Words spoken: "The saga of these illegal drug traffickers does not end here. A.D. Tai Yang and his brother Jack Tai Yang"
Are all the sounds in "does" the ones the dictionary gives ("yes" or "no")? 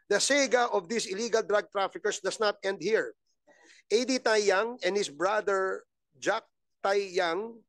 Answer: no